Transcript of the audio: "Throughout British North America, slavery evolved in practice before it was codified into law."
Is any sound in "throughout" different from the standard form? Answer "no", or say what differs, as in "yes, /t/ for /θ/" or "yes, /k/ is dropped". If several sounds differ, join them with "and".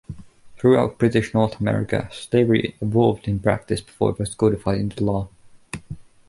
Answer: no